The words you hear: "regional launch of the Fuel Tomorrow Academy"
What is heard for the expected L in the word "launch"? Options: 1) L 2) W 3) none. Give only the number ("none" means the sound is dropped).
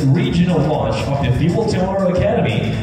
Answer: 2